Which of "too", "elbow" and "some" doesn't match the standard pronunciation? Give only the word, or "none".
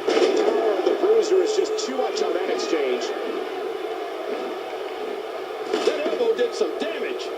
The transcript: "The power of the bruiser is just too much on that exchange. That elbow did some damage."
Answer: elbow